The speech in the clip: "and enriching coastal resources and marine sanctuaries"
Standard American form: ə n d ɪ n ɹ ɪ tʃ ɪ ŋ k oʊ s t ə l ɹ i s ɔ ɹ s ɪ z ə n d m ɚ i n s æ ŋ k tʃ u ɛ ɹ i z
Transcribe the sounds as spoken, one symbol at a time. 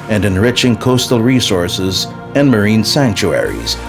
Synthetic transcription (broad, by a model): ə n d ɪ n ɹ ɪ tʃ ɪ ŋ k oʊ s t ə l ɹ i s ɔ ɹ s ɪ z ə n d m ɚ i n s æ ŋ k tʃ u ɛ ɹ i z